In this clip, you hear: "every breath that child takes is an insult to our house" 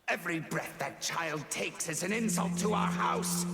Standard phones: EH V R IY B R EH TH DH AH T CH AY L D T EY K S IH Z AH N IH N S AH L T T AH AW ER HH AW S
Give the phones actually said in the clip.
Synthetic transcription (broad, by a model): EH V R IY B R EH TH DH AH T CH AY L D T EY K S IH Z AH N IH N S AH L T T AH AW ER HH AW S